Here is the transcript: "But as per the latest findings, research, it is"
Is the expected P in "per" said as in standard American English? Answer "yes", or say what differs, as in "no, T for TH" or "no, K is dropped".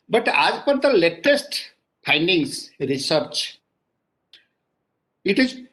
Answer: yes